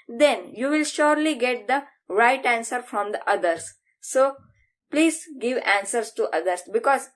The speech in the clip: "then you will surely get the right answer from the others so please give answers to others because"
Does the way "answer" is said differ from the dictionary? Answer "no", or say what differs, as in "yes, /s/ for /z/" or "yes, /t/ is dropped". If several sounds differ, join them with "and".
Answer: no